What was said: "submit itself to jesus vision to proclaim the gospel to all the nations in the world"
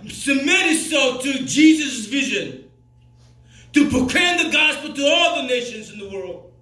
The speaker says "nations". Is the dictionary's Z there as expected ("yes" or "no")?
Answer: yes